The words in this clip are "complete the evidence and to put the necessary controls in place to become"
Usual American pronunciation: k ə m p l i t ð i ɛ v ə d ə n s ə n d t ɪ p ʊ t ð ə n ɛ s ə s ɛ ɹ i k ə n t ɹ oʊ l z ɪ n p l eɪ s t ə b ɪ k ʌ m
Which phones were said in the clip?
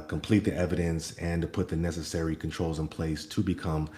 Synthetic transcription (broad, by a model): k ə m p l i t ð i ɛ v ə d ə n s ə n t ɪ p ʊ t ð ə n ɛ s ə s ɛ ɹ i k n t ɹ oʊ l z ɪ n p l eɪ s t ə b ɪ k ʌ m